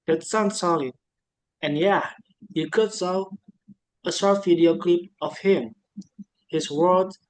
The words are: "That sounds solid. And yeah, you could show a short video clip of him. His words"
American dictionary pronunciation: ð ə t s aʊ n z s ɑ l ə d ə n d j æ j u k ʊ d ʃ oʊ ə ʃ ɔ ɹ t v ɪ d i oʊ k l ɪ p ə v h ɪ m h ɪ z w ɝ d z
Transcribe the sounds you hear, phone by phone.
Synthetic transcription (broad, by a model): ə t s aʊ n s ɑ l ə ə n j æ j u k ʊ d s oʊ ə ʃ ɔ ɹ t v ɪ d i oʊ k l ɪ p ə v h ɪ m h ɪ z w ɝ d